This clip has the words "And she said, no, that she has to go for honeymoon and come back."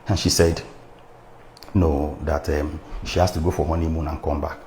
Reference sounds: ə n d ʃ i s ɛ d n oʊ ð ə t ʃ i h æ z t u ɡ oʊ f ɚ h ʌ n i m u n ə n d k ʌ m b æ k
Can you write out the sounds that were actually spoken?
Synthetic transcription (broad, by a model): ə n ʃ i s ɛ d n oʊ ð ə t ʃ i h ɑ s t u ɡ oʊ f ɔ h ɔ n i m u n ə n k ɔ m b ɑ k